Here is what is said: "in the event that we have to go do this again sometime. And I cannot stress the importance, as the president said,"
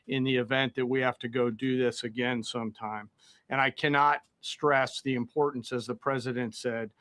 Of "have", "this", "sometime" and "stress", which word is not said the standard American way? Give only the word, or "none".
have